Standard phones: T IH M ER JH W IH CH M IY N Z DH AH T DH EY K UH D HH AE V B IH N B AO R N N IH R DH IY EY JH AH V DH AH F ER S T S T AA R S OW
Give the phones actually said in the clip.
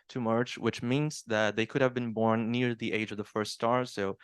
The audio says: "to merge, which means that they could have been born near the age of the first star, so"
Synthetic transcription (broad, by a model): T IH M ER CH W IH CH M IY N Z DH AH T DH EY K UH D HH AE V B IH N B AO R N N IH R DH IY EY JH AH V DH AH F ER S T S T AA R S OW